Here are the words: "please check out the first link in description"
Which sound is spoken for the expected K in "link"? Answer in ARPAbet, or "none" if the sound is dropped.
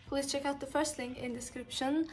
none